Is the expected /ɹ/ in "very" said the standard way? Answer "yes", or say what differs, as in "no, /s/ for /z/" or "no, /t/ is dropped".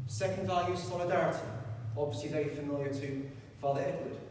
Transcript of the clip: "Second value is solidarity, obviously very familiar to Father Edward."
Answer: no, /ɹ/ is dropped